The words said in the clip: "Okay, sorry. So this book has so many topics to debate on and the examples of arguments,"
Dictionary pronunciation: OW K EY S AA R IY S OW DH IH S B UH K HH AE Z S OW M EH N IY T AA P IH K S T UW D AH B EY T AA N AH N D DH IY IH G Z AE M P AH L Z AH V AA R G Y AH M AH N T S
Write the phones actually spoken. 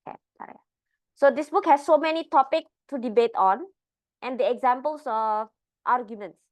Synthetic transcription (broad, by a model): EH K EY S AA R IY S OW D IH S B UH K HH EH S OW M EH N IY T AA P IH K T UW D AH B EY T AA N AH N D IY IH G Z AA M P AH L S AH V AA R G Y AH M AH N T S